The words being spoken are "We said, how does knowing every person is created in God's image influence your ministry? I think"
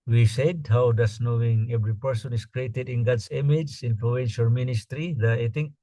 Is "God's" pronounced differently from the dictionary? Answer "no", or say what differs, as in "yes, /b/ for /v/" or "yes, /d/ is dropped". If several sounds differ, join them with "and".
yes, /s/ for /z/